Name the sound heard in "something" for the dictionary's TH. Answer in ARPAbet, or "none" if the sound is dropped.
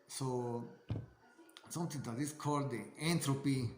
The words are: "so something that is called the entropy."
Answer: T